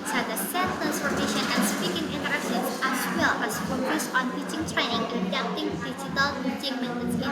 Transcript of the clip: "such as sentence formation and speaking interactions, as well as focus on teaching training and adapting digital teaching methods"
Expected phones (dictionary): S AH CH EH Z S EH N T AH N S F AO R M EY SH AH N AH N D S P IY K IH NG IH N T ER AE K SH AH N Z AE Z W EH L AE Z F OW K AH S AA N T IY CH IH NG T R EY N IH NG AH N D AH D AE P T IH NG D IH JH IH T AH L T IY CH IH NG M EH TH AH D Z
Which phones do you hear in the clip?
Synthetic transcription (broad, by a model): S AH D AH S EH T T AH N S P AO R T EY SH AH N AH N S P IY K IH NG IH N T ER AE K S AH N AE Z W EH L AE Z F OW AH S AA N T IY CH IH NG T R EY N IH NG AH N D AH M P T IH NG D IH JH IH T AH L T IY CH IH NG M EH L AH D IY